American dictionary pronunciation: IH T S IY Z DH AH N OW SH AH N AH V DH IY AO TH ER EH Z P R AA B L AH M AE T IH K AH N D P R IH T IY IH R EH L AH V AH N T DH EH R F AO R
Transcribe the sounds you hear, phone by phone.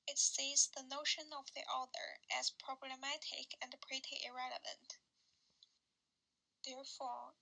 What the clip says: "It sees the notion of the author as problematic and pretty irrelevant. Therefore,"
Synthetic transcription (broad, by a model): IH T S IY Z DH AH N OW SH AH N AH V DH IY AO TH ER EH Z P R AA B L AH M AE T IH K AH N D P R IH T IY IH R EH L AH V AH N T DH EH R F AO R